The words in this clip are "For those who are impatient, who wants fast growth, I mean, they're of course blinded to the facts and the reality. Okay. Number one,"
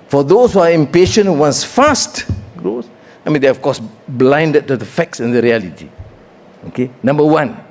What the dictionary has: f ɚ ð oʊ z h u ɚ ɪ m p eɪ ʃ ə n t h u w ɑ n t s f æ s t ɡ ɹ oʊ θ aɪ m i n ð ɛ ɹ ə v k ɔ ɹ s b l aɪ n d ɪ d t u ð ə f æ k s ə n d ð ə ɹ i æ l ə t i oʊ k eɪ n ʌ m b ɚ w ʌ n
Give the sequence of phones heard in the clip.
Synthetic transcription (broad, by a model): f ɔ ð oʊ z h u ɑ ɪ m p eɪ ʃ ə n t w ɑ n s f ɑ s t ɡ ɹ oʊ s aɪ m i n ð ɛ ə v k ɔ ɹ s b l aɪ n d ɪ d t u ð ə f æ k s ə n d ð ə ɹ i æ l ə t i oʊ k eɪ n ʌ m b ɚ w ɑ n